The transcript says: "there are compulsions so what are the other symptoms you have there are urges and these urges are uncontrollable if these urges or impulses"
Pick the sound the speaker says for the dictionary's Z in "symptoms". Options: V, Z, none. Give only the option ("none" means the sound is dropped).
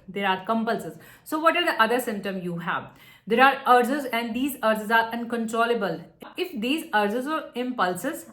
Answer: none